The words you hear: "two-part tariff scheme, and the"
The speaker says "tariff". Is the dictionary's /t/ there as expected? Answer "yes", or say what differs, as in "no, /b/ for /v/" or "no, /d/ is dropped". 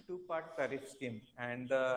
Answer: no, /s/ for /t/